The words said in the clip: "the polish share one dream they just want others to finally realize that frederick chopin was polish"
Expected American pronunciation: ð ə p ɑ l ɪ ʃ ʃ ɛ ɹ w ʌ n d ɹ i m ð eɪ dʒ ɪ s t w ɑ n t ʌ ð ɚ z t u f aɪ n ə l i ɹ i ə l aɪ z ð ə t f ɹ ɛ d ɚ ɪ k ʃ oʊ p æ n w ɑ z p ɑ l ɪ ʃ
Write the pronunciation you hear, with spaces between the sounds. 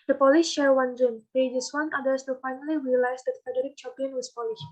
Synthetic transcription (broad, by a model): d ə p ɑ l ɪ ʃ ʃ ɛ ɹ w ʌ n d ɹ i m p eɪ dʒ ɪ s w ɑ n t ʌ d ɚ s t u f aɪ n ə l i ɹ i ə l aɪ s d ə t f ɛ d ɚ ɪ k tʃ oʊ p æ n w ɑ s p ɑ l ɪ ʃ